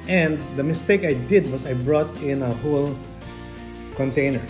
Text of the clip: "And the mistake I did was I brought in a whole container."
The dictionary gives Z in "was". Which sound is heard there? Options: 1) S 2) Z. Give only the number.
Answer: 1